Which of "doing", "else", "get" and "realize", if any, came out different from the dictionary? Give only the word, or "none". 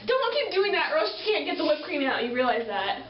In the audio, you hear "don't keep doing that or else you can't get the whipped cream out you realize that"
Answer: else